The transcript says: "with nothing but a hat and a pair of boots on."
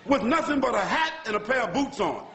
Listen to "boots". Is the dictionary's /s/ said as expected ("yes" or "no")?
yes